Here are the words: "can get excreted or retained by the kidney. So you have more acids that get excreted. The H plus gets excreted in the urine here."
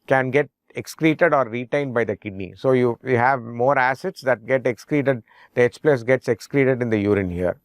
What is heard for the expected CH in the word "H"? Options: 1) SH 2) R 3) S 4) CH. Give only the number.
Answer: 3